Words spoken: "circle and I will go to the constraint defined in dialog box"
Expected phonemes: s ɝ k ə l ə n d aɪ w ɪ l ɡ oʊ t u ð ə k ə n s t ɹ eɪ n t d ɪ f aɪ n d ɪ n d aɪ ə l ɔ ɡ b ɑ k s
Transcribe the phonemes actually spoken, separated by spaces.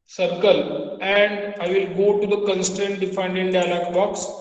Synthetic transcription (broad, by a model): s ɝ k ə l ə n d aɪ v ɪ l ɡ oʊ t u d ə k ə n s t eɪ n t d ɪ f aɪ n d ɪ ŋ d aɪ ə l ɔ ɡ b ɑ k s